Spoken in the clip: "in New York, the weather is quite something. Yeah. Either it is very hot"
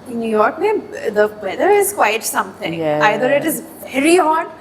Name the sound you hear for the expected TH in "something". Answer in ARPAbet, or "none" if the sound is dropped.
T